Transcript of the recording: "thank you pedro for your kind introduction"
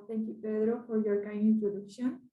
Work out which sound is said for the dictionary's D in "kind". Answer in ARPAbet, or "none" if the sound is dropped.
none